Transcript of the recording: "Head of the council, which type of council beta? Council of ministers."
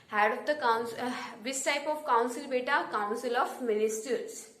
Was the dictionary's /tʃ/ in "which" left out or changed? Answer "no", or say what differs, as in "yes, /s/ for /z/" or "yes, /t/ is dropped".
yes, /s/ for /tʃ/